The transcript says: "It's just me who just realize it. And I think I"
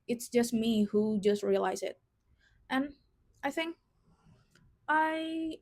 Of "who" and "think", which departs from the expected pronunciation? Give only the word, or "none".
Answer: none